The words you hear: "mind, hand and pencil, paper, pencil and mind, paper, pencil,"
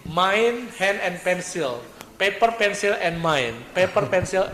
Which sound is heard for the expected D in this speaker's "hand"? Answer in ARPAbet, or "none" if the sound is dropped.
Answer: none